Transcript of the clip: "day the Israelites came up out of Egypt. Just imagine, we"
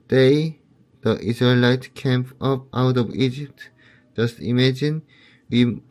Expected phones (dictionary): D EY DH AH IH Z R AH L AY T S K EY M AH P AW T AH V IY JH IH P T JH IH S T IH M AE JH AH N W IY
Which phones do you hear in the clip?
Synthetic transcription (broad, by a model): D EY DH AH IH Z R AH L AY T K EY M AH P AW T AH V IY JH IH P T JH IH S T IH M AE JH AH N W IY